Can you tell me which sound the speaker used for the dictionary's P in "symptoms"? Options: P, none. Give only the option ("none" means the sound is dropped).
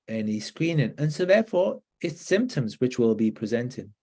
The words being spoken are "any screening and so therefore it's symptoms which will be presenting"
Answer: P